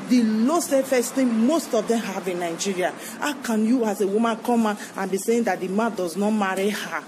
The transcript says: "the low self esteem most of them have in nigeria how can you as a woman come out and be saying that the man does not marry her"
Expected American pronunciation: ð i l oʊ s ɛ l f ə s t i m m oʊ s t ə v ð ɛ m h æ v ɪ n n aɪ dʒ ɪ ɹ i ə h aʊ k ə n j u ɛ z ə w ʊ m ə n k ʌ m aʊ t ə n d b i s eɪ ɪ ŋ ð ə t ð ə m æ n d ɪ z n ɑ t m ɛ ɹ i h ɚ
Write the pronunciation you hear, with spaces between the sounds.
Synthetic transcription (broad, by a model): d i l oʊ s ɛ f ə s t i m m oʊ s t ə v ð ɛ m h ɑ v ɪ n n aɪ dʒ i ɹ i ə h aʊ k ə n j u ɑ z ə w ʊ m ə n k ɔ m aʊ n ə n b i s eɪ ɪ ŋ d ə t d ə m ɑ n d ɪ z n ɑ t m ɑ ɹ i h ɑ